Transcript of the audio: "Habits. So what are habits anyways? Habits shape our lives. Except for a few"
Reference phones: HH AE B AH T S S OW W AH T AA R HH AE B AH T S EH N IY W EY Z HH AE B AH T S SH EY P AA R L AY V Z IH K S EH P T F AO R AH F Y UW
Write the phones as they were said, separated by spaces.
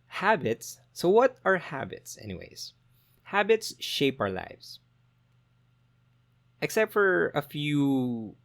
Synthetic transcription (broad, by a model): HH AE B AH T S S OW W AH T AA R HH AE B AH T S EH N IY W EY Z HH AE B AH T S SH EY P AA R L AY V S IH K S EH P T F AO R AH F Y UW